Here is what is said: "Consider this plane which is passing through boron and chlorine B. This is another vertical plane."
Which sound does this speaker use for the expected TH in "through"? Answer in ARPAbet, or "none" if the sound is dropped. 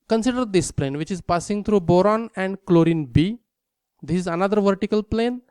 T